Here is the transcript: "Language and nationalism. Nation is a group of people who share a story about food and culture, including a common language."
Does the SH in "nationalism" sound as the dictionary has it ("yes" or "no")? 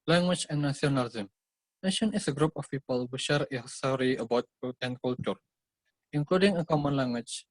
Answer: no